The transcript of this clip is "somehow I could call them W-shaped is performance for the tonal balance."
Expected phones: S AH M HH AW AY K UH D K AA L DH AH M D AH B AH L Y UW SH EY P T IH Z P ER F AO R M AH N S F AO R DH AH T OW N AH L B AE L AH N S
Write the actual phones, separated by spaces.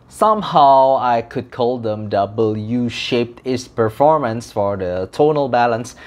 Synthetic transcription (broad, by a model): S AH M HH AW AY K UH D K AA L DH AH M D AH B AH L Y UW SH EY P T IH S P ER F AO R M AH N S F AO R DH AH T OW N AH L B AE L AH N S